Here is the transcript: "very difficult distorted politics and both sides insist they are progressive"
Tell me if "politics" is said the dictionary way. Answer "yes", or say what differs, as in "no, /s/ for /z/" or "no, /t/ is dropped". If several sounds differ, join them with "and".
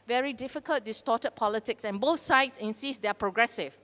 yes